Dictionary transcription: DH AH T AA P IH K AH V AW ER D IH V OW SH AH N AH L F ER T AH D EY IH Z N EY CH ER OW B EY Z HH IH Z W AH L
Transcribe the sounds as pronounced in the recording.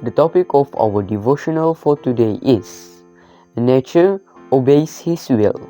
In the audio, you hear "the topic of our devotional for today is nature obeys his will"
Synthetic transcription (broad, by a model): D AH T AA P IH K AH F AW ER D IH V OW SH AH N AH L F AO T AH D EY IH S N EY CH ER OW B EY S HH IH S W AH L